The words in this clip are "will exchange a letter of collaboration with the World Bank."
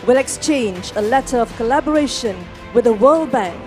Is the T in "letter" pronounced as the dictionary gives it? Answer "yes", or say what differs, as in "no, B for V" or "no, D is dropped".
yes